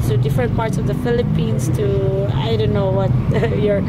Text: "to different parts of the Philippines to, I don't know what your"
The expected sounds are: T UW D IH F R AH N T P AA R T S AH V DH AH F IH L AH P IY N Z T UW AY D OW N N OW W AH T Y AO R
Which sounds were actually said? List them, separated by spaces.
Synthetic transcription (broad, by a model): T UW D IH F R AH N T P AA R T S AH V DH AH F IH L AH P IY N S T UW AY D OW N N OW W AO T Y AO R